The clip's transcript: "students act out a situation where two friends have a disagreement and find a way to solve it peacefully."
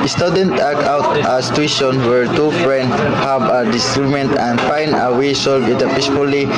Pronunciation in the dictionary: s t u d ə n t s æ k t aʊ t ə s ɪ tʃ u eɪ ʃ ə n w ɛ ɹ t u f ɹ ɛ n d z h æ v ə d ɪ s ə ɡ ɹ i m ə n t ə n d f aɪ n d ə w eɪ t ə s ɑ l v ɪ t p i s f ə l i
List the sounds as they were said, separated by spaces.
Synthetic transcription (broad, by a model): s t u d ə n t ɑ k aʊ t ə s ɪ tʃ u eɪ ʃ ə n w ɛ ɹ t u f ɹ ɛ n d s h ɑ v ə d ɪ s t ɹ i m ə n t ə n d f aɪ n d ə w eɪ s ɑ l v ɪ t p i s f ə l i